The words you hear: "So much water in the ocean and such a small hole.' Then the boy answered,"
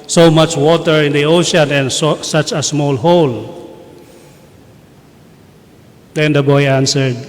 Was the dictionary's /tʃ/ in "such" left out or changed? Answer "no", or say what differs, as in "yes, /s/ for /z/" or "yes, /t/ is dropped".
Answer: no